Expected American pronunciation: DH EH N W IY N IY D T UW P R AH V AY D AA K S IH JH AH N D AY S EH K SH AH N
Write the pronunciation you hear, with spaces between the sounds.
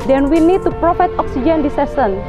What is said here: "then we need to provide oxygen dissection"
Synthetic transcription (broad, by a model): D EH N W IY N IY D T UW P R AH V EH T AA K S IH JH AH N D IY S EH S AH N